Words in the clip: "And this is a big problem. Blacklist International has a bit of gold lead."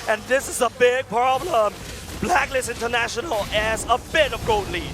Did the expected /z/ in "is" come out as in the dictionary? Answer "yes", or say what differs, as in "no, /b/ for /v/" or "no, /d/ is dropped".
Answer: yes